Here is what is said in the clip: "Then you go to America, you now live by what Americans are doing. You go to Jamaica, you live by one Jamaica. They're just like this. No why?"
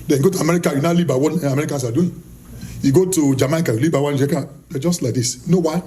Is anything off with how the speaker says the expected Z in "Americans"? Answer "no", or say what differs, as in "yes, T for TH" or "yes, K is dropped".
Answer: yes, S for Z